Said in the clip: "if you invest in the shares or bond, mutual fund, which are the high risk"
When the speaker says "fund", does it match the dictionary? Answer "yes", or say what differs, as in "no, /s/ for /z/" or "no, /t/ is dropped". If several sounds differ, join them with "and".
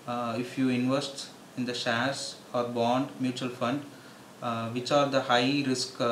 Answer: yes